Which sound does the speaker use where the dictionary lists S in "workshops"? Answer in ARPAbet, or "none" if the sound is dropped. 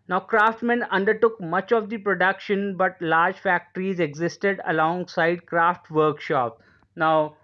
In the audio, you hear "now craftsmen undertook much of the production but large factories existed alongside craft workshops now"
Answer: none